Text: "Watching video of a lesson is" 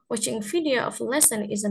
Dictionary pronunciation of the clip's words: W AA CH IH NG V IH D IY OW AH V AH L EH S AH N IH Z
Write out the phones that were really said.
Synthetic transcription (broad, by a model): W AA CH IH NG F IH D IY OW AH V L EH S AH N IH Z